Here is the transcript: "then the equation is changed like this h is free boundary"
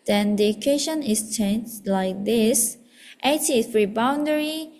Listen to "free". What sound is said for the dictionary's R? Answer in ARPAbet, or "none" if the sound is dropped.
R